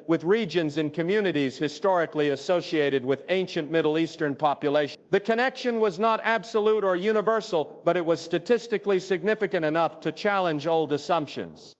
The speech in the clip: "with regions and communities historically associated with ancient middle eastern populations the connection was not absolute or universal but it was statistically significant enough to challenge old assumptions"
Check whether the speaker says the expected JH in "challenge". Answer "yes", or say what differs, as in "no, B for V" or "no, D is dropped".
yes